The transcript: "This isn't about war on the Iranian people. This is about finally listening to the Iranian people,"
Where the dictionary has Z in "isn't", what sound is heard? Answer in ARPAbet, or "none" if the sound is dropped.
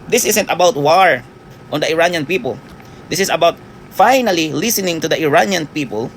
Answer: S